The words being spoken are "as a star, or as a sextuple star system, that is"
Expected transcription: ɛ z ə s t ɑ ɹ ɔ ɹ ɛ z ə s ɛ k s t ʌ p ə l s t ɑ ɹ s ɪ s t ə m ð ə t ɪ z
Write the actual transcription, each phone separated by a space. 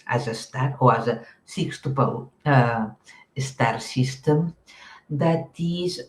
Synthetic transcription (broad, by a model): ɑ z ə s t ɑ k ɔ w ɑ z ə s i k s t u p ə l s t ɑ ɹ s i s t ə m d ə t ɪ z